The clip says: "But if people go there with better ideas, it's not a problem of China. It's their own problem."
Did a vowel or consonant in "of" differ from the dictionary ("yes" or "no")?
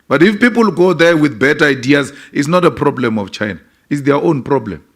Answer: yes